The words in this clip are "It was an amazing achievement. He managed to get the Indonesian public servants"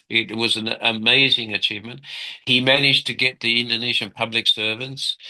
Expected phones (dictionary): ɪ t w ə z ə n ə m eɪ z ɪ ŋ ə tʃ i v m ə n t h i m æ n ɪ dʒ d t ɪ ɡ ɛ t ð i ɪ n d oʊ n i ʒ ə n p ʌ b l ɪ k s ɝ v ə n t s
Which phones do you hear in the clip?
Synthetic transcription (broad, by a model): ɪ t w ə z ə n ə m eɪ z ɪ ŋ ə tʃ i v m ə n t h i m æ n ɪ dʒ t ɪ ɡ ɛ t ð i ɪ n d oʊ n i ʒ ə n p ʌ b l ɪ k s ɝ v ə n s